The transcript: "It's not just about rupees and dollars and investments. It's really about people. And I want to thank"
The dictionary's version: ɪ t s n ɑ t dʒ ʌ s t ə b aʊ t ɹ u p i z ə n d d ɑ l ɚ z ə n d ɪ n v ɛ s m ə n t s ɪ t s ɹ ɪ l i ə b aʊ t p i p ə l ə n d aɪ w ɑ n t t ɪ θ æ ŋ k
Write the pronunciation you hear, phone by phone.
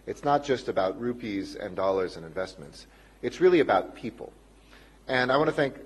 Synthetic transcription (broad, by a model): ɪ t s n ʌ t dʒ ʌ s t ə b aʊ t ɹ u p i z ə n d d ɑ l ɚ z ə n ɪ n v ɛ s m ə n t s ɪ t s ɹ ɪ l i ə b aʊ t p i p l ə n aɪ w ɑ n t t ɪ θ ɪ ŋ k